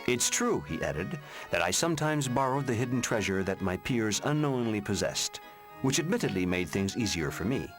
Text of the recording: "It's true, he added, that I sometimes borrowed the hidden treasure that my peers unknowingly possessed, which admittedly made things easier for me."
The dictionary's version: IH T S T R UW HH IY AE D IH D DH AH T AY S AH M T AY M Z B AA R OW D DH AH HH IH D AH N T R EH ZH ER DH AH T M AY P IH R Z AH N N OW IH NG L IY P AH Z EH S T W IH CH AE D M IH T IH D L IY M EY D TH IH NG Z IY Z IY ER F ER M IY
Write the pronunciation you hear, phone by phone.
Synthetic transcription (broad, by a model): IH T S T R UW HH IY AE D IH D DH AH T AY S AH M T AY M Z B AA R OW D DH AH HH IH D N T R EH ZH ER DH AH T M AY P IH R Z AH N N OW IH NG L IY P AH Z EH S T W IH CH AE D M IH T IH D L IY M EY D TH IH NG Z IY Z IY ER F ER M IY